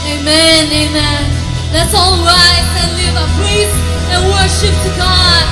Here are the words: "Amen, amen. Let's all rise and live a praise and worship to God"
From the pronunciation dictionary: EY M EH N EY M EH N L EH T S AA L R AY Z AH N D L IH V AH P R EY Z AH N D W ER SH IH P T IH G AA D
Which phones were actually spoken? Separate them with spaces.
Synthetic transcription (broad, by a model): EY M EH N EY M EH N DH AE T S AA L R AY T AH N L IH V AH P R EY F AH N W ER SH IH P T IH G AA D